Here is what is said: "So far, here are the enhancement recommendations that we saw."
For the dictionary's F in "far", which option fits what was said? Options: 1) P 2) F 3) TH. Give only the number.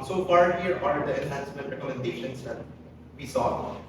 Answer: 1